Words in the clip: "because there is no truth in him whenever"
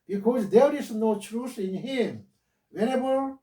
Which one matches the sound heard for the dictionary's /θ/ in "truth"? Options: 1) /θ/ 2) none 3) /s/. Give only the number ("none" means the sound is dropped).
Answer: 3